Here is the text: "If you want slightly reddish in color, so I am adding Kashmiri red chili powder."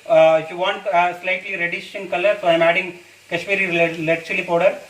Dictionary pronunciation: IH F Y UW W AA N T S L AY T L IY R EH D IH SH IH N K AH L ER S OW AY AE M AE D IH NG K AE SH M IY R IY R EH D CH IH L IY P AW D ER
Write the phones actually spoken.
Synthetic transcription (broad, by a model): Y UW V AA N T S L AY T L IY R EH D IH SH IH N K AH L ER S OW AY M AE D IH NG K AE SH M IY R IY L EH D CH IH L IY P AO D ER